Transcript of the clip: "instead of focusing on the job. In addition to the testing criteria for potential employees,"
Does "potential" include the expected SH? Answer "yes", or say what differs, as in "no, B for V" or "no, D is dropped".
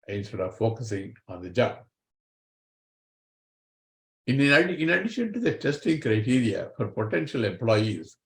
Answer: yes